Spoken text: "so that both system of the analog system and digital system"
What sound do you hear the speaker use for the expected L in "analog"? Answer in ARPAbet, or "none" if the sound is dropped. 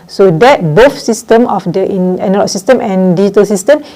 N